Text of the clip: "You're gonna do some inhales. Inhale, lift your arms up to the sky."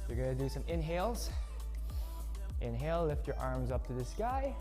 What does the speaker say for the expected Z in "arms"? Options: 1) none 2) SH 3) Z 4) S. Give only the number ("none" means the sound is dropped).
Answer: 3